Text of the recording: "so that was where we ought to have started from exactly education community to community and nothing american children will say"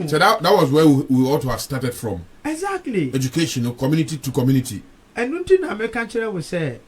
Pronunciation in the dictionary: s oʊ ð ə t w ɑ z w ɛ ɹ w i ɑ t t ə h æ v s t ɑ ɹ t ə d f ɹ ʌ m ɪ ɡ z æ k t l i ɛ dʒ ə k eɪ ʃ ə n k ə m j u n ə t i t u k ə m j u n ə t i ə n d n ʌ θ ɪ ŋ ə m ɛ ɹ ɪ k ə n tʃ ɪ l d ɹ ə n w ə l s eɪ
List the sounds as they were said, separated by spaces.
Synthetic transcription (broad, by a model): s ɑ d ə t w ɑ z w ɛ w w i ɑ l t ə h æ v s t ɑ t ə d f ɹ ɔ m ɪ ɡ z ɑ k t l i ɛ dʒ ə k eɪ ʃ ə n k ə m j u n ə t i t u k ə m j u n ə t i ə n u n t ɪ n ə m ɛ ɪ k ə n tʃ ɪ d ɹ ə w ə s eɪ